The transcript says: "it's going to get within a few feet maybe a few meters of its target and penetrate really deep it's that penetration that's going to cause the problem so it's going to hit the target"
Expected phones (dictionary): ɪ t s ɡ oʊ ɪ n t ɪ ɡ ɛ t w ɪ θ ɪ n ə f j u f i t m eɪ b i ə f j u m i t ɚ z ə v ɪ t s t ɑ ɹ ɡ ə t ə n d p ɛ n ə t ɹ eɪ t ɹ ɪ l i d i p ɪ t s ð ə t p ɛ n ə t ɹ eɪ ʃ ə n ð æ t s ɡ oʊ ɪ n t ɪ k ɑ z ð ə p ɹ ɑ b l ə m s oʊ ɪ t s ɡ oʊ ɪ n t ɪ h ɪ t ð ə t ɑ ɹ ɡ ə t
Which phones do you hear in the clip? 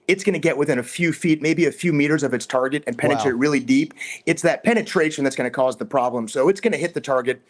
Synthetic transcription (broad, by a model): ɪ t s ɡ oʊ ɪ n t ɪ ɡ ɛ t w ɪ θ ɪ n ə f j u f i t m eɪ b i ə f j u m i t ɚ z ə v ɪ t s t ɑ ɹ ɡ ə t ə n p ɛ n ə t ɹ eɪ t ɹ ɪ l i d i p ɪ t s ð ə t p ɛ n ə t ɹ eɪ ʃ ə n ð æ t s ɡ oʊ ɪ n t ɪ k ɑ z ð ə p ɹ ɑ b l ə m s oʊ ɪ t s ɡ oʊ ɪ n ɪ h ɪ t ð ə t ɑ ɹ ɡ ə t